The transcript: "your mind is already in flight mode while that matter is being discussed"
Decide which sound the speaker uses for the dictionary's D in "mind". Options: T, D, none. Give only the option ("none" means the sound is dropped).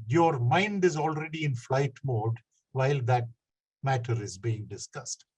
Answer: D